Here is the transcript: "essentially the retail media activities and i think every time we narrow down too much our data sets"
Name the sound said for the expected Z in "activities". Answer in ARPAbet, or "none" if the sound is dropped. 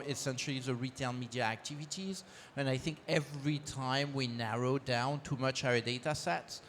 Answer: Z